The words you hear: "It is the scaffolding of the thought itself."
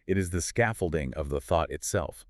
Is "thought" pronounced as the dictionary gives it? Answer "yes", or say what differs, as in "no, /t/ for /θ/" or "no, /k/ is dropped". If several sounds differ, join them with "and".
yes